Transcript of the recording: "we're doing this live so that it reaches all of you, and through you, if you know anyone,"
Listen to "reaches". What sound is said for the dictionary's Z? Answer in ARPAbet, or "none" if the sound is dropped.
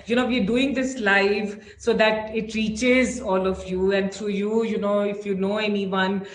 Z